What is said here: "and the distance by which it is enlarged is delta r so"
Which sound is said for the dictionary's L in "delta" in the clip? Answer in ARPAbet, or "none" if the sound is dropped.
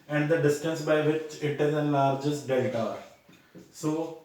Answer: none